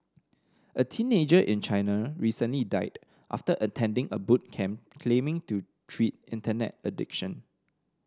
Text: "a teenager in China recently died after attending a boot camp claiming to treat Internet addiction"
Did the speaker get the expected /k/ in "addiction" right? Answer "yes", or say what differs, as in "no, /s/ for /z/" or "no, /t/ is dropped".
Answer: yes